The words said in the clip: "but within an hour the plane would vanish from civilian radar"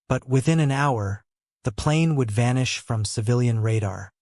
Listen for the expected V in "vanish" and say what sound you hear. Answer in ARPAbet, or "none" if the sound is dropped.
V